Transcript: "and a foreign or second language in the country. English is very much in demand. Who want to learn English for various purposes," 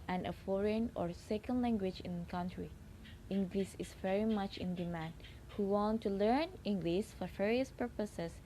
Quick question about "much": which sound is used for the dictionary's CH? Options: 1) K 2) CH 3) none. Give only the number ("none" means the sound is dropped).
2